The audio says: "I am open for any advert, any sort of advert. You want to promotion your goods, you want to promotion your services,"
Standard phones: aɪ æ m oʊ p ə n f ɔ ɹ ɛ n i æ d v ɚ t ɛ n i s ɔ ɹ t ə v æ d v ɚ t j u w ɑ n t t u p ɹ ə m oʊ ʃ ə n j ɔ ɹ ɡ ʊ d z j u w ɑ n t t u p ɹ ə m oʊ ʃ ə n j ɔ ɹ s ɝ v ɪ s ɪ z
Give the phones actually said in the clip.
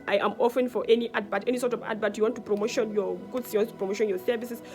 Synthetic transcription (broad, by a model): aɪ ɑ m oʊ f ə n f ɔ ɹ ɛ n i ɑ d b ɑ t ɛ n i s ɔ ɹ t ə v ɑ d b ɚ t j u w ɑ n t t u p ɹ ə m oʊ ʃ ə n j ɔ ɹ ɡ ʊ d s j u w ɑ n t t u p ɹ ə m oʊ ʃ ə n j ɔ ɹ s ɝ v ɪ s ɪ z